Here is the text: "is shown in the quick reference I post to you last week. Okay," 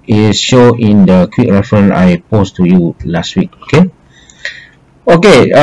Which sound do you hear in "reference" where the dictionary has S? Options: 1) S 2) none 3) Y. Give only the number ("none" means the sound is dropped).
2